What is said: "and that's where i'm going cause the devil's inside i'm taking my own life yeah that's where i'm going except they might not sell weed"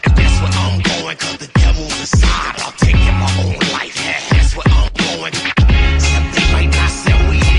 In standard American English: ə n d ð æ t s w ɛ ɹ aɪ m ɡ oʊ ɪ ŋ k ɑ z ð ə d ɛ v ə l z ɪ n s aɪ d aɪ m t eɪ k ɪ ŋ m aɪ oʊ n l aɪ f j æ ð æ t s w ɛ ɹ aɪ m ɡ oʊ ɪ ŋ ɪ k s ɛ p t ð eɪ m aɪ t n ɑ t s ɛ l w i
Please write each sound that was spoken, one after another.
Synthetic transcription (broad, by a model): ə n ð æ t s w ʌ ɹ aɪ m ɡ oʊ ɪ ŋ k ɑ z ð ə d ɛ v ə l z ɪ s aɪ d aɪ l t eɪ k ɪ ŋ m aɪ oʊ n l aɪ f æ ð æ t s w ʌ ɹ aɪ m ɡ oʊ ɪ ɪ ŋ s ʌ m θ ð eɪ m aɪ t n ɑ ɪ s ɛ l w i